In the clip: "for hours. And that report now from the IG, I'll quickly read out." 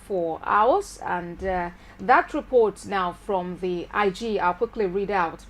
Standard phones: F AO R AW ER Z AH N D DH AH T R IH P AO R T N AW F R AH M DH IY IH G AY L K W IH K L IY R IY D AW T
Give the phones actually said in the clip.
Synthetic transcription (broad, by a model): F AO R AW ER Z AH N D DH AH T R IH P AO R T N AW F R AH M DH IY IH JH AY L K W IH K L IY R IY D AW T